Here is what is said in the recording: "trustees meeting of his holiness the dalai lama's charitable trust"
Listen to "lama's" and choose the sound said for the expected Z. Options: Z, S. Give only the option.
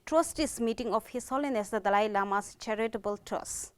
S